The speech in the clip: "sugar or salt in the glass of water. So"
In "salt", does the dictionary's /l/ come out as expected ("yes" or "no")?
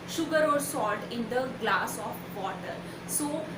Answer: no